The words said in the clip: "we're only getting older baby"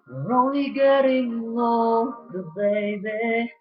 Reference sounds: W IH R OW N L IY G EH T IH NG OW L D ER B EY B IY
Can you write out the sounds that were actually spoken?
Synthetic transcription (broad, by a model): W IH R OW N L IY G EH T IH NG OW D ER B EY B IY